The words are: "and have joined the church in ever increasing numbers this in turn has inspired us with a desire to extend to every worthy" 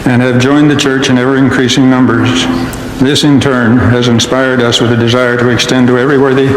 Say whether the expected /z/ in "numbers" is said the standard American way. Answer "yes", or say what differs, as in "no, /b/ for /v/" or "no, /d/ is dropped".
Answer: yes